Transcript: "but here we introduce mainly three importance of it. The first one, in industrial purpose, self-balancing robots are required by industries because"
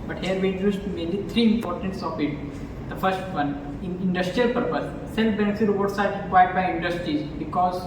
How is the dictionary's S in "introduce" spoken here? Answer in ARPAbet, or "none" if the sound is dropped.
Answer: none